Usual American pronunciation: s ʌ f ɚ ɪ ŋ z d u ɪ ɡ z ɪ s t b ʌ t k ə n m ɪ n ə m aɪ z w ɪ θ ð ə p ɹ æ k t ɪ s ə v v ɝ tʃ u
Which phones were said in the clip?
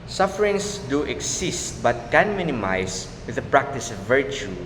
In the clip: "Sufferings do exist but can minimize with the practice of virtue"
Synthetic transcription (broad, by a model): s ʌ f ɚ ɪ ŋ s d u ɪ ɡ s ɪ s t b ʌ t k ə n m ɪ n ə m aɪ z w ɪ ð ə p ɹ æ k t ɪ s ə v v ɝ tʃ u